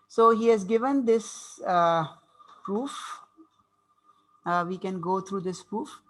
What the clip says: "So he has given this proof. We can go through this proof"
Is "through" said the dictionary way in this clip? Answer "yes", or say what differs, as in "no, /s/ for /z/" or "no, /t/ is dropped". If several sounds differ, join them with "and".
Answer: no, /t/ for /θ/